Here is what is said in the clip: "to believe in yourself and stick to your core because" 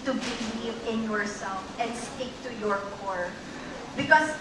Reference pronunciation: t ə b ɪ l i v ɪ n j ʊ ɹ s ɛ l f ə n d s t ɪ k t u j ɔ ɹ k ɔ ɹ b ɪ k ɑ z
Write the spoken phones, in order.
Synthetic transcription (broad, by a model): t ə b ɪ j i ɪ n j ʊ ɹ s ɛ l f ə n d s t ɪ k t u j ɔ ɹ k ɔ ɹ b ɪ k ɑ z